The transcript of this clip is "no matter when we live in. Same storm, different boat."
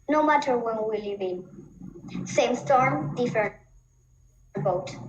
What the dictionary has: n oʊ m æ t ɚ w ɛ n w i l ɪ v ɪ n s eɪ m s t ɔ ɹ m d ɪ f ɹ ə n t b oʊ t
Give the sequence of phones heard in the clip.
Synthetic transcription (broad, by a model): n oʊ m æ t ɚ w ɛ n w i l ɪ b ɪ n s eɪ m s t ɔ ɹ m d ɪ f ə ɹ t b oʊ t